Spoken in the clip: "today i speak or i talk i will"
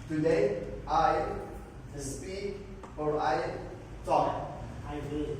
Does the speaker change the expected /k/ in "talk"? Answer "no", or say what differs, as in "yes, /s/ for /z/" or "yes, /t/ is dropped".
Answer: yes, /k/ is dropped